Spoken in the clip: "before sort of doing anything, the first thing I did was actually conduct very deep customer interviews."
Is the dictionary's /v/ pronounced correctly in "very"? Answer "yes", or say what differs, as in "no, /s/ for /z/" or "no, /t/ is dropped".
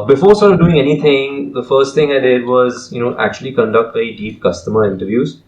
no, /b/ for /v/